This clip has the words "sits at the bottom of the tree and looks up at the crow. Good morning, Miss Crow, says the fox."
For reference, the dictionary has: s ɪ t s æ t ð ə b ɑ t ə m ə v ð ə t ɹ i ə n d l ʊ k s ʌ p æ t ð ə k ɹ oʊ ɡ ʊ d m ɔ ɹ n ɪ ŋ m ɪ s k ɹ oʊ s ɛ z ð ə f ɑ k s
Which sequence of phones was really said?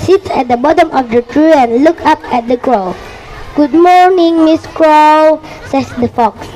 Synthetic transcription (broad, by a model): s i t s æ t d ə b ɑ t ə m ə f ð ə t ɹ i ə n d l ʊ k ʌ p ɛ t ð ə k ɹ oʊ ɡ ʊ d m ɔ ɹ n ɪ ŋ m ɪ s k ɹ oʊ s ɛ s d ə f ɑ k s